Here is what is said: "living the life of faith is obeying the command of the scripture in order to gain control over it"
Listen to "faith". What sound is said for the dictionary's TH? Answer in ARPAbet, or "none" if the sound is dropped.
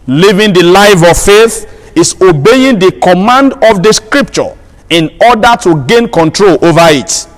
TH